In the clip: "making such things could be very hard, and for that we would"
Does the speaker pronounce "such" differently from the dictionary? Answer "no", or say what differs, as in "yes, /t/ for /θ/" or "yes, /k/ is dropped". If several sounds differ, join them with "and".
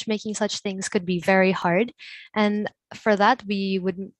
no